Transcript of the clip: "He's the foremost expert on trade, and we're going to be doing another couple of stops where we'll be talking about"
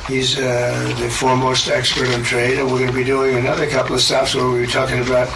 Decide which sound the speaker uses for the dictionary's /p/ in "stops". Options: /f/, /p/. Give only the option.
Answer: /f/